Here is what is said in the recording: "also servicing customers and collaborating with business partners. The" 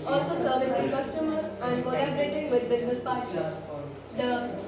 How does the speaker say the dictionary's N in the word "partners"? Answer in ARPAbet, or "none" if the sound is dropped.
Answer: none